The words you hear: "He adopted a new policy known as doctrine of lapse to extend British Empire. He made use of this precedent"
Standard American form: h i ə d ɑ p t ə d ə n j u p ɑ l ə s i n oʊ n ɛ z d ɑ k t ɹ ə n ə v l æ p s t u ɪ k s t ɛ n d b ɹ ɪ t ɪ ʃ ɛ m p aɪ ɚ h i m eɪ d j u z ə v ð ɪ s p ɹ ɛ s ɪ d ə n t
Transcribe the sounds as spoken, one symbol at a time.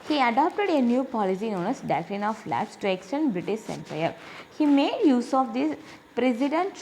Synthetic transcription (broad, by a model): h i ə d ɑ p t ə d ə n j u p ɑ l ə s i n oʊ n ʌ s d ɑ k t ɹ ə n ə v l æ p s t u ɪ k s t ɛ n d b ɹ ɪ t ɪ ʃ ɛ m p aɪ ɚ h i m eɪ d j u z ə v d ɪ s p ɹ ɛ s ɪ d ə n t